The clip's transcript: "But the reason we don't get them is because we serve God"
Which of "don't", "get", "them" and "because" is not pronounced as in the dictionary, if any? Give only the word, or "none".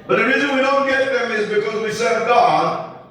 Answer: none